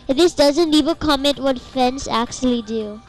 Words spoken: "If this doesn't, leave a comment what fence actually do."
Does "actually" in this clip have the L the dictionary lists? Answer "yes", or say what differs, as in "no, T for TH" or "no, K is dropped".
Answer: yes